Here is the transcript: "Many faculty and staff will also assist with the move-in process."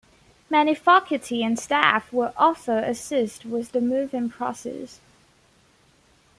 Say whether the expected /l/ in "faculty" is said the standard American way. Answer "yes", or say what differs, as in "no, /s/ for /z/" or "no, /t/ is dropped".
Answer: no, /l/ is dropped